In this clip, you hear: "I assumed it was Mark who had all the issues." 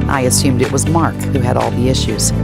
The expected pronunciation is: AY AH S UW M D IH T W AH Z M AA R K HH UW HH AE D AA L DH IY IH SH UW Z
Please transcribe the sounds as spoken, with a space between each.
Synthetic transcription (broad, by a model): AY AH S UW M D IH T W AH Z M AA R K HH UW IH D AA L DH IY IH SH UW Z